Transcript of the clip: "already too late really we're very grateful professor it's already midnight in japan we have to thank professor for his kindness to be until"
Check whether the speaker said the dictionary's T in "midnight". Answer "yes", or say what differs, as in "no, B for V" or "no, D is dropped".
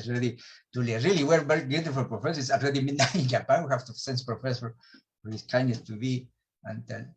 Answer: no, T is dropped